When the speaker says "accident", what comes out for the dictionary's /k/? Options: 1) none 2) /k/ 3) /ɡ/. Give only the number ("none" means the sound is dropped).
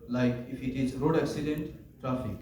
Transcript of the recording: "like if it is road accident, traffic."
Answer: 2